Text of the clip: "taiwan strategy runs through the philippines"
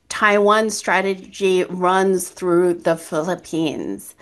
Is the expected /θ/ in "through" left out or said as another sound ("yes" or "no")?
no